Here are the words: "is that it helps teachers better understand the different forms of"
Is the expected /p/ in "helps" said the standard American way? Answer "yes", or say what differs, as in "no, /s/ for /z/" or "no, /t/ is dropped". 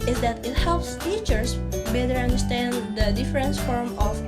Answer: yes